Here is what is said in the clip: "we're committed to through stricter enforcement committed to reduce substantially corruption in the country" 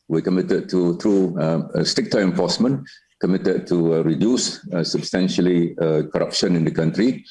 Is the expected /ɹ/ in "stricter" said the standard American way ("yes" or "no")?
no